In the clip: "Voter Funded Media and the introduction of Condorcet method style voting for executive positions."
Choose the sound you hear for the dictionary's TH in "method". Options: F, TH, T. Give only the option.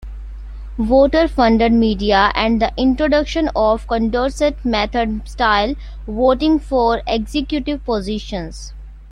T